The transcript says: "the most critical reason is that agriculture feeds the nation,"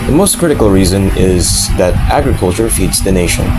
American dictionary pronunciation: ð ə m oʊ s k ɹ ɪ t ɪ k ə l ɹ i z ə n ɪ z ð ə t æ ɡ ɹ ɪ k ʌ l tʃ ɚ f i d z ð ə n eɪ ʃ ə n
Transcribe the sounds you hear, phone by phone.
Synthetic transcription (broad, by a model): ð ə m oʊ s k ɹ ɪ t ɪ k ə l ɹ i z ə n ɪ z ð ə t æ ɡ ɹ ɪ k ʌ l tʃ ɚ f i d z ð ə n eɪ ʃ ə n